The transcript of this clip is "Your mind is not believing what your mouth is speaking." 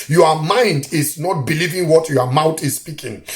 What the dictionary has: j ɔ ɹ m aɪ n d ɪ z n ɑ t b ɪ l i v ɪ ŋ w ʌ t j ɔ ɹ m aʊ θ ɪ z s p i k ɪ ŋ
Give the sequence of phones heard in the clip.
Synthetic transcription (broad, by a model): j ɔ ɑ m aɪ n d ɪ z n ɑ t b ɪ l i v ɪ ŋ w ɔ t j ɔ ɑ m aʊ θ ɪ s s p i k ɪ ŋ